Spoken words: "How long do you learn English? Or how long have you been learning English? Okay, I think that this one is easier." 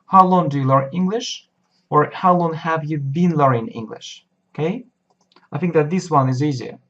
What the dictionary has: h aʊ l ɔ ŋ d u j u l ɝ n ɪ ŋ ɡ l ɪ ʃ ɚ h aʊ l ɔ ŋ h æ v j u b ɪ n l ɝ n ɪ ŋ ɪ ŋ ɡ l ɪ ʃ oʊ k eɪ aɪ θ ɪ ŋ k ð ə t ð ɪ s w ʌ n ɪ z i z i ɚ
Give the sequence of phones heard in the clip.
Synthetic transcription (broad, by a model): h aʊ l ɔ ŋ d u j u l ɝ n ɪ ŋ ɡ l ɪ ʃ ɚ h aʊ l ɔ ŋ h æ v j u b ɪ n l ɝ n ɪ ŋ ɪ ŋ ɡ l ɪ ʃ oʊ k eɪ aɪ θ ɪ ŋ k ð ə t ð ɪ s w ʌ n ɪ z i z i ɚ